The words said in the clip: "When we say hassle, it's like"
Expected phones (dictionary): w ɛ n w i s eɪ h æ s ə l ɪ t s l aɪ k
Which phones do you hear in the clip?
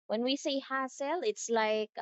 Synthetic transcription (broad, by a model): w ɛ n w i s eɪ h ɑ s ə l ɪ t s l aɪ k